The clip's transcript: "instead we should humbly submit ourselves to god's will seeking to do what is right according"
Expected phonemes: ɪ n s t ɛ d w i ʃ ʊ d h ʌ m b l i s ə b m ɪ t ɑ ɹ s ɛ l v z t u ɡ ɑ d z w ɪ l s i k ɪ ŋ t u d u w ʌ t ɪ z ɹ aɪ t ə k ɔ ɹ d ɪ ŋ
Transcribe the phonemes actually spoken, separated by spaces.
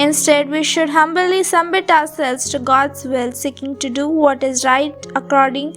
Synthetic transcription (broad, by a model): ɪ n s t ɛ d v i ʃ ʊ d h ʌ m b l i s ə m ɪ t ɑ ɹ s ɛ l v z t u ɡ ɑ d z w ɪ l s i k ɪ ŋ t u d u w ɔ t ɪ z ɹ aɪ t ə k ɔ ɹ d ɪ ŋ